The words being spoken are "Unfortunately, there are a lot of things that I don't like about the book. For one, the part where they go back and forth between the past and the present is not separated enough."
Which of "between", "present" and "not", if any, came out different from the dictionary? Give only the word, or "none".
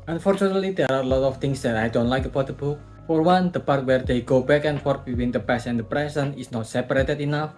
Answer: present